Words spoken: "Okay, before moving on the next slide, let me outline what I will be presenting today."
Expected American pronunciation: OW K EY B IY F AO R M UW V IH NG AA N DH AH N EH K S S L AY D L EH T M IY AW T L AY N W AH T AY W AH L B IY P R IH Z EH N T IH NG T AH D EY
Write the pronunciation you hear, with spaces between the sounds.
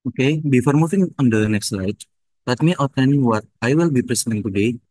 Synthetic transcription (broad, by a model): OW K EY B IY F AO R M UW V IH NG AA N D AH N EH K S S L AY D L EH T M IY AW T N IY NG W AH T AY W AH L B IY P R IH S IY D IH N T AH D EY